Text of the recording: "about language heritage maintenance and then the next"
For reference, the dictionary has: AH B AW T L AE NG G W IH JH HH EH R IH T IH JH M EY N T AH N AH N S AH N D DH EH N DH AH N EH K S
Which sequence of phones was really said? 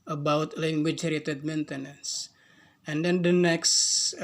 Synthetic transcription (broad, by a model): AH B AW T L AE NG G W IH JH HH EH R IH T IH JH M EY N T AH N AH N S AH N D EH N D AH N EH K S